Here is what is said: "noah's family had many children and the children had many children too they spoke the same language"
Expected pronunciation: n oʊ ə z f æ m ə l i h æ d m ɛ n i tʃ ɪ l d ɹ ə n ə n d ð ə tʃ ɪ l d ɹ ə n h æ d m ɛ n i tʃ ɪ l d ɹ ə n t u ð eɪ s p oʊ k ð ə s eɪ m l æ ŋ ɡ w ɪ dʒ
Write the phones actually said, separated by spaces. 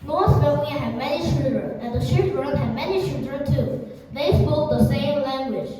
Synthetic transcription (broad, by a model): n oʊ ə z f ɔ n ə i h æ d m ɛ n i tʃ ɪ l d ɹ ə n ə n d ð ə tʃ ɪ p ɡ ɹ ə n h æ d m ɛ n i tʃ ɪ l d ɹ ə n t u ð eɪ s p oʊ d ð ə s eɪ m l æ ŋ ɡ w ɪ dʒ